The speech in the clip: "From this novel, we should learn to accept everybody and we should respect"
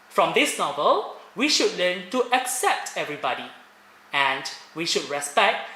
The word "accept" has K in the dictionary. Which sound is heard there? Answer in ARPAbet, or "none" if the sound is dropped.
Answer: K